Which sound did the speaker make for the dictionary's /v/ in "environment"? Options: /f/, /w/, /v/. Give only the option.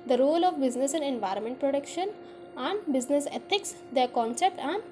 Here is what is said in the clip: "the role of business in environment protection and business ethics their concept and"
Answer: /v/